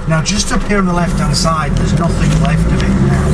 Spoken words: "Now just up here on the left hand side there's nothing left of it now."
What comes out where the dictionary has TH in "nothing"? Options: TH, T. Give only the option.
TH